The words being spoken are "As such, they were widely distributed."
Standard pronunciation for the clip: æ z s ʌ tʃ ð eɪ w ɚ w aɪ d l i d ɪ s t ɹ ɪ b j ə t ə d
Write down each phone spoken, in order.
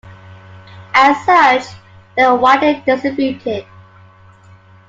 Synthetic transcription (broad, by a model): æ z s ʌ tʃ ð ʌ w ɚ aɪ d i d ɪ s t ɹ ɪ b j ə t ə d